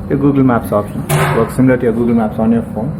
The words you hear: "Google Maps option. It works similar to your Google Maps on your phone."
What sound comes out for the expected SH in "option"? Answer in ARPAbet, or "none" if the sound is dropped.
none